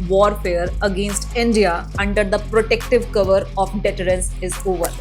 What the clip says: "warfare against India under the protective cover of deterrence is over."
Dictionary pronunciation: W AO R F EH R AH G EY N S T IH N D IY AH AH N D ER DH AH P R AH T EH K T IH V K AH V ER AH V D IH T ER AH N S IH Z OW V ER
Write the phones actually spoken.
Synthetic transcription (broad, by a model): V AO R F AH R AH G EY N S T IH N D IY AH AH N D ER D AH P R AH T EH K T IH V K AH V ER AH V D IH T ER AH N S IH Z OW V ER